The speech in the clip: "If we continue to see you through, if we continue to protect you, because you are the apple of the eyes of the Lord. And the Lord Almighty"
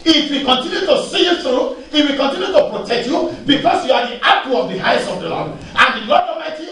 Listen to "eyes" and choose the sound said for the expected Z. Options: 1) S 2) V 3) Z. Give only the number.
1